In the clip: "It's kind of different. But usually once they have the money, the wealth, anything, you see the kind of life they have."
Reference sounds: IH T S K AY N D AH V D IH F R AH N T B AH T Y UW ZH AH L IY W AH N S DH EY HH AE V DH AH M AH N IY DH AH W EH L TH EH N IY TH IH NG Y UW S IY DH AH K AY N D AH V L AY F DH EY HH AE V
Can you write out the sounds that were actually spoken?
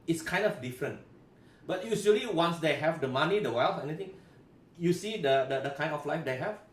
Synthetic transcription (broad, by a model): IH T S K AY N D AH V D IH F R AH N T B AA T Y UW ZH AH L IY W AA N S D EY HH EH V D AH M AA N IY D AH W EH L F EH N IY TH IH NG Y UW S IY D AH K AY N D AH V L AY F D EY HH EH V